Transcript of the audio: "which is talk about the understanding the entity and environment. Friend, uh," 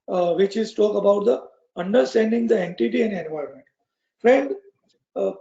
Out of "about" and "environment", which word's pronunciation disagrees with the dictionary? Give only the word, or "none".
environment